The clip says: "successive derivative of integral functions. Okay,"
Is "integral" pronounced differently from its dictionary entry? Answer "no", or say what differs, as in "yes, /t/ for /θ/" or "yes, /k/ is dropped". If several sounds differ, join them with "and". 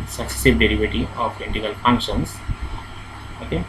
yes, /ɹ/ is dropped